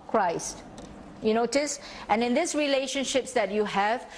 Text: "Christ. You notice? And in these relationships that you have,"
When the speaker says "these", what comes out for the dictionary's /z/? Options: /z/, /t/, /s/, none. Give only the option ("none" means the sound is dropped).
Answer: /s/